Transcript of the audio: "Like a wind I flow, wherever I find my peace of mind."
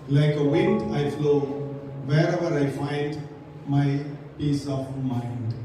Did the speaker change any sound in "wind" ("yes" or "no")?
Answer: no